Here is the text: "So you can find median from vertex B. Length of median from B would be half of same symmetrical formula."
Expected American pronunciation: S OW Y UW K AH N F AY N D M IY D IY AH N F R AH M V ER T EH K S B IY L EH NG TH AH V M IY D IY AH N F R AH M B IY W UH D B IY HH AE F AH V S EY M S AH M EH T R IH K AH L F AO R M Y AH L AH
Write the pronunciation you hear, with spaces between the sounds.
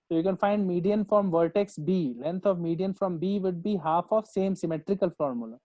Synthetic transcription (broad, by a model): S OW Y UW K AH N F AY N D M IY D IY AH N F R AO M V ER T EH K S B IY L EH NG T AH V M IY D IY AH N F R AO M B IY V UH D B IY HH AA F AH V S EY M S AH M EH T R IH K AH L F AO R M Y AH L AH